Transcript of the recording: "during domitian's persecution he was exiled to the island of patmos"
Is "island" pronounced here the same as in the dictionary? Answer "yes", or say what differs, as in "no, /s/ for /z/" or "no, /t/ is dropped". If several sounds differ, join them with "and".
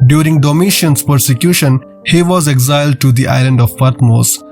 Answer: yes